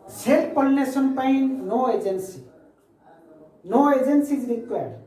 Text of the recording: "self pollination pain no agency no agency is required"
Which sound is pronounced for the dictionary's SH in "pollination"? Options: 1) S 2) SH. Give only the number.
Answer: 1